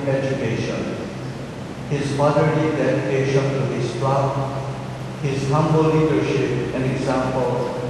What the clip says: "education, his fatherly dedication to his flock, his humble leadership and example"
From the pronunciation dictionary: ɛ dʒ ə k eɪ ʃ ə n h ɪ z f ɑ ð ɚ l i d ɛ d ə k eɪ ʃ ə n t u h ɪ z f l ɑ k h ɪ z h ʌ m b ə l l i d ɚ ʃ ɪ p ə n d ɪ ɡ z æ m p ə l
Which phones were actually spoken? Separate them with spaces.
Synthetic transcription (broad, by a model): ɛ dʒ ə k eɪ ʃ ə n h ɪ z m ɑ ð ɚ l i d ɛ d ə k eɪ ʃ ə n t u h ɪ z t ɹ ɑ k h ɪ z h ʌ m b ə l l i d ɚ ʃ ɪ p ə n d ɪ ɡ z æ m p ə l